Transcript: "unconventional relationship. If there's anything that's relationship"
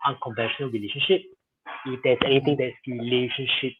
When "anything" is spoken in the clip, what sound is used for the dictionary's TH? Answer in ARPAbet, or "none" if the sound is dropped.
T